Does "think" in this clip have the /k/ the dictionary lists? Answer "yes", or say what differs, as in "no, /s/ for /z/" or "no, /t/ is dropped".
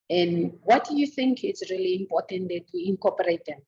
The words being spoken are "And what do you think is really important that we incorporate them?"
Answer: yes